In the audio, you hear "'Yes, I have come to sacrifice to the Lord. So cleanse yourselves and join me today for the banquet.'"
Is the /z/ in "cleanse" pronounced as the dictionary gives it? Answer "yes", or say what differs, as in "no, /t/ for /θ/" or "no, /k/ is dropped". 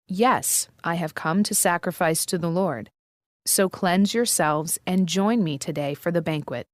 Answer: yes